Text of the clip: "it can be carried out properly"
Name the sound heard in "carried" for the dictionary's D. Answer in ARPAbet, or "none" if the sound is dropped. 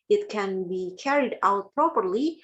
D